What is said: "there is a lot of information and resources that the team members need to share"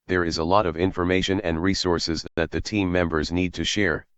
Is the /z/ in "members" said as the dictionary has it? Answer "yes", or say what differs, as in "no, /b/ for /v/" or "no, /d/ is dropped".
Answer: yes